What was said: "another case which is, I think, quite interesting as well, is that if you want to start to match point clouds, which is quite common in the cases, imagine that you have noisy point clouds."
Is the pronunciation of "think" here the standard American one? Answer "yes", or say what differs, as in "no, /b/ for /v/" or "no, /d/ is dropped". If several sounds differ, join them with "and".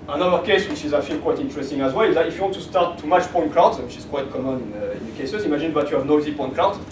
no, /f/ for /θ/